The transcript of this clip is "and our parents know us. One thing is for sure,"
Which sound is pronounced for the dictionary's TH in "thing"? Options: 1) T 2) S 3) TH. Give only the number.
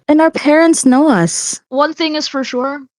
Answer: 3